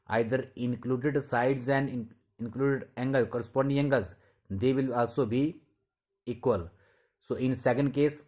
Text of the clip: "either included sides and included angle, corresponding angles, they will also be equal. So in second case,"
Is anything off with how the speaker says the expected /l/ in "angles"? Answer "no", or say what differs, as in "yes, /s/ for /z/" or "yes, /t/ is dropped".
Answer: yes, /l/ is dropped